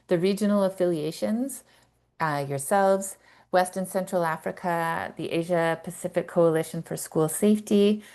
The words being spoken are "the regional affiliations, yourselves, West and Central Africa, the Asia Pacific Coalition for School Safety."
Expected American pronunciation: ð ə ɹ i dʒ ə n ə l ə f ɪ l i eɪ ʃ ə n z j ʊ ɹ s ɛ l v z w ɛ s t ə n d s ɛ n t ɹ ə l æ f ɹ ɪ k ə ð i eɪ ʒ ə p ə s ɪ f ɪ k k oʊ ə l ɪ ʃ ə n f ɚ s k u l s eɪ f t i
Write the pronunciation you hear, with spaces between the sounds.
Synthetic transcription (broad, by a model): ð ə ɹ i dʒ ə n l ə f ɪ l i eɪ ʃ ə n z j ʊ ɹ s ɛ l v z w ɛ s t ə n s ɛ n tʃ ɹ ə l æ f ɹ ɪ k ə ð i eɪ ʒ ə p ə s ɪ f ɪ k k oʊ ə l ɪ ʃ ə n f ɚ s k u l s eɪ f t i